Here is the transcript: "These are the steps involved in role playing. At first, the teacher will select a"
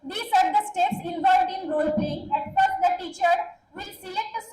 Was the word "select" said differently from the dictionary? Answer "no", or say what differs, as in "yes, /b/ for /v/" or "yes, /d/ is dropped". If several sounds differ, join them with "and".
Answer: yes, /l/ is dropped and /k/ is dropped